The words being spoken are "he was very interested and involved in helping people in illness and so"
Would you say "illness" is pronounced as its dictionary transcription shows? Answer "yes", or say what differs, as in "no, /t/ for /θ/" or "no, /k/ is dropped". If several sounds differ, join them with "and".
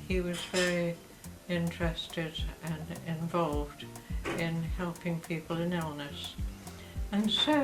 yes